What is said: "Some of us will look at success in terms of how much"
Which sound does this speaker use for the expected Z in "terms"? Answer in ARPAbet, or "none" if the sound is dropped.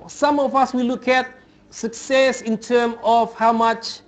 none